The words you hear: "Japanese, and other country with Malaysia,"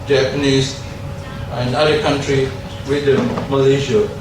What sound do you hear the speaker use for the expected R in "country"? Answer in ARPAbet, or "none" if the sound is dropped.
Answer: R